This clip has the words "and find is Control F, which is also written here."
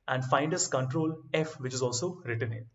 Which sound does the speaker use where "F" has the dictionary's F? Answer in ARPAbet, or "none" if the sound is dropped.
F